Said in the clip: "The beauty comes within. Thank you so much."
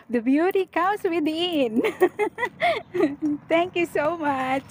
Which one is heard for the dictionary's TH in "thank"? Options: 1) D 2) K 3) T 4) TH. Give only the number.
3